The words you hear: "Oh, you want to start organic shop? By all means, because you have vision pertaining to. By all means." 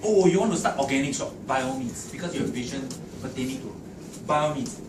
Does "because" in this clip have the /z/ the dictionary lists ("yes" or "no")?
no